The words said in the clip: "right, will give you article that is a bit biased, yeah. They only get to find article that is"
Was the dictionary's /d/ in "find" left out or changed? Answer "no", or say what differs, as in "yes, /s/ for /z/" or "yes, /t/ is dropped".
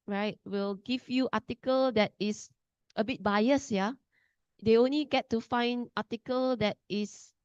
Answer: no